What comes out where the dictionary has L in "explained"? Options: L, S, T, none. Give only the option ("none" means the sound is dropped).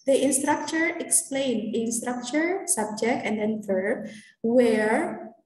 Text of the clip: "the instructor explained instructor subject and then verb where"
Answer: L